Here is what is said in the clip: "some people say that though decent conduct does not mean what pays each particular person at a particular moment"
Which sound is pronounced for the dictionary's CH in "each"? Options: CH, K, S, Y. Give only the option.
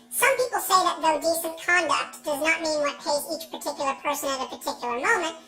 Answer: CH